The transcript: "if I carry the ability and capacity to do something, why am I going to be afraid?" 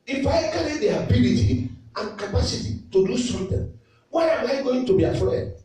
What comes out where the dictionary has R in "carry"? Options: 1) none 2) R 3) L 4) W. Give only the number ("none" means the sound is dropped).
3